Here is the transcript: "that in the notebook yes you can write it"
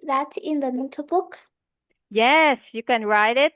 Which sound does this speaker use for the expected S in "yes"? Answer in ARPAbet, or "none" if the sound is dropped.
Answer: S